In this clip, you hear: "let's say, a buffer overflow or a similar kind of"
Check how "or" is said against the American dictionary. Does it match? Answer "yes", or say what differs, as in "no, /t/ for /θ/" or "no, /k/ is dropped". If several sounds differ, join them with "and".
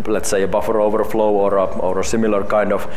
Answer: yes